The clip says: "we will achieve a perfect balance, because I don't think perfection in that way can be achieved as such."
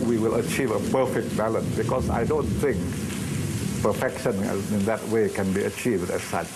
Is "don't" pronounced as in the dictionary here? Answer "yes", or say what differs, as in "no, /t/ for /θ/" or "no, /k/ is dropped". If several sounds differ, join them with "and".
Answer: yes